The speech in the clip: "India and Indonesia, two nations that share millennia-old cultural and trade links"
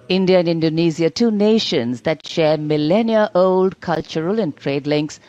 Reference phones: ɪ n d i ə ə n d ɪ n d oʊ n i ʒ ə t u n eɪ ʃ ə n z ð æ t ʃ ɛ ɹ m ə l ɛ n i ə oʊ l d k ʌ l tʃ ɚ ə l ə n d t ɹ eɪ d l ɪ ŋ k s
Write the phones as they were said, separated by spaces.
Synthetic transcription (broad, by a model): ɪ n d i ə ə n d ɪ n d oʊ n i z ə t u n eɪ ʃ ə n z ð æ t ʃ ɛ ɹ m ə l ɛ n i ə oʊ l d k ʌ l tʃ ɚ ə l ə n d t ɹ eɪ d l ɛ ŋ k s